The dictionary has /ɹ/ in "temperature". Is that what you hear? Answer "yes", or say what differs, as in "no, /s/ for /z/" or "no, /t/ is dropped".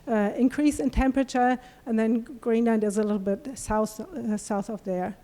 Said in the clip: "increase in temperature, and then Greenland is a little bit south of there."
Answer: yes